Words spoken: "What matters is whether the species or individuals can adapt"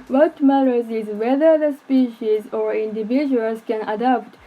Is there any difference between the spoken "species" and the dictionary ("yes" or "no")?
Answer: no